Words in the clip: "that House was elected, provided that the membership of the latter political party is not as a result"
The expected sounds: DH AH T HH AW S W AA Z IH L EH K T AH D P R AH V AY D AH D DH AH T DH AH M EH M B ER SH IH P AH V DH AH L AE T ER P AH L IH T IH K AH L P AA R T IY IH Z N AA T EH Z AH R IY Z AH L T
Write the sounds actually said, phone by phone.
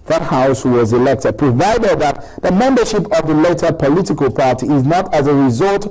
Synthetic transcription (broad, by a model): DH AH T HH AW S W AA Z IH L EH K T AH D P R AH V AY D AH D DH AH T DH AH M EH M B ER SH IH P AH V DH AH L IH T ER P AH L IH T IH K AH L P AA R T IY IH Z N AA T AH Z AH R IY Z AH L T